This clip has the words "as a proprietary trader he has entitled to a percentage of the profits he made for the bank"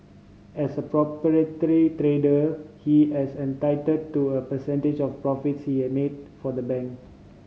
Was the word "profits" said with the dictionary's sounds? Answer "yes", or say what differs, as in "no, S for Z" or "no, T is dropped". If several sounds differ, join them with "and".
yes